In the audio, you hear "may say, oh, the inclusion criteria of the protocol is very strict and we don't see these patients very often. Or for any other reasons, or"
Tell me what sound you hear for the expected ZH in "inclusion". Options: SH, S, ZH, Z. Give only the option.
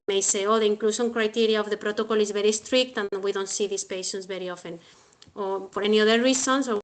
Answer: SH